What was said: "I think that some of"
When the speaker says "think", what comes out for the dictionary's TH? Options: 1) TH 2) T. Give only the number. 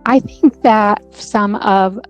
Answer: 1